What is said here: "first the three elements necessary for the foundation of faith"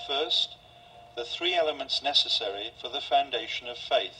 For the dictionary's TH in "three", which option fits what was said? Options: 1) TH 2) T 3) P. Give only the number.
1